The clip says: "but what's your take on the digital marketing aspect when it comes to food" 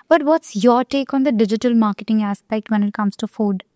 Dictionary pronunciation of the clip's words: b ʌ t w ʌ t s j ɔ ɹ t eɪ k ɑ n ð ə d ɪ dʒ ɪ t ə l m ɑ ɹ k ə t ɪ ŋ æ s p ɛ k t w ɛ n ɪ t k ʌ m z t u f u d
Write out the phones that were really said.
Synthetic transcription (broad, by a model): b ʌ t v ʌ t s j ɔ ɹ t eɪ k ɑ n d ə d ɪ dʒ ɪ t ə l m ɑ ɹ k ə t ɪ ŋ æ s p ɛ k t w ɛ n ɪ t k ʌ m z t u f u d